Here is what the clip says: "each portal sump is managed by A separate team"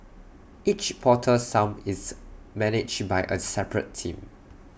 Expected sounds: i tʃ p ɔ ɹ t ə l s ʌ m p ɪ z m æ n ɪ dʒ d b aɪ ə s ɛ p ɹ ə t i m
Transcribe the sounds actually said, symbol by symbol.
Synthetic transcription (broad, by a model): i tʃ p ɔ t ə s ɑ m ɪ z m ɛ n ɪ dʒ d b aɪ ə s ɛ p ɹ ə t i m